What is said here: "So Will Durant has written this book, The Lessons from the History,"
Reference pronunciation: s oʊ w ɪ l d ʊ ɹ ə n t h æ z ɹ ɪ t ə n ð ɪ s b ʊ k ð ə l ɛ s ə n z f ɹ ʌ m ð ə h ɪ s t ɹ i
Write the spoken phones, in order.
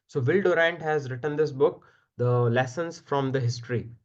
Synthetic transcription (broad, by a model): s oʊ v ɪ l d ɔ ɹ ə n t h æ z ɹ ɪ t ə n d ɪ s b ʊ k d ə l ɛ s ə n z f ɹ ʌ m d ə h ɪ s t ɹ i